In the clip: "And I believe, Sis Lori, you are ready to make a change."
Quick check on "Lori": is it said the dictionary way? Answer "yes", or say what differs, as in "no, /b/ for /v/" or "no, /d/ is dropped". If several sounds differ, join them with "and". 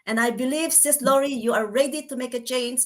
yes